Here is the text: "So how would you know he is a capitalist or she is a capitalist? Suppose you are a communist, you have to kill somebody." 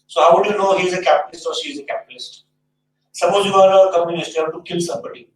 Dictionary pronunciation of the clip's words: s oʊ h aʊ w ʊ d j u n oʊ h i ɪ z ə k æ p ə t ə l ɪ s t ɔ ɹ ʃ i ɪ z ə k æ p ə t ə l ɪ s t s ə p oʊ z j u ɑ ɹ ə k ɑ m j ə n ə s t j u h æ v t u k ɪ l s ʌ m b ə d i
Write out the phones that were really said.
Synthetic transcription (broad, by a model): s oʊ h aʊ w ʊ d j u n oʊ h i ɪ z ə k æ p ə t ə l ɪ s t ɔ ɹ ʃ i ɪ z ə k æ p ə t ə l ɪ s t s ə b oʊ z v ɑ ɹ ə k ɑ m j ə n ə s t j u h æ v t u k ɪ l s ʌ m b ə d i